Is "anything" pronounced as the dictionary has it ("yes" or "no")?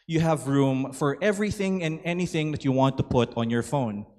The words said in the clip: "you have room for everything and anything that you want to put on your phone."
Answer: yes